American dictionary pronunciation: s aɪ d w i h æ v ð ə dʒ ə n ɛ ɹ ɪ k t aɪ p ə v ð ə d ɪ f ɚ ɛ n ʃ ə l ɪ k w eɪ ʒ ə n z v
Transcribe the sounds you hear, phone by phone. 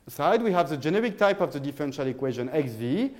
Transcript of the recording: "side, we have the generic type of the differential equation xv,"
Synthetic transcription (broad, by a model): s aɪ d w i h æ v ð ə dʒ ə n ɛ ɹ ɪ k t aɪ p ə v ð ə d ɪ f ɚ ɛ n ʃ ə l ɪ k w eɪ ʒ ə n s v